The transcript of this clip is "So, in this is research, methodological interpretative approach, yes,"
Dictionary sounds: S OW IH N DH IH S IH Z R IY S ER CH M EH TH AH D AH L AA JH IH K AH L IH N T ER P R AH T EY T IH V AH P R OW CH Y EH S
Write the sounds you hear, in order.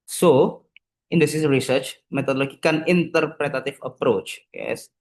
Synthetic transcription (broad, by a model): S OW IH N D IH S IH S R IY S ER CH M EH T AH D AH L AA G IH K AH N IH N T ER P R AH T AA T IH F AH P R OW CH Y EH S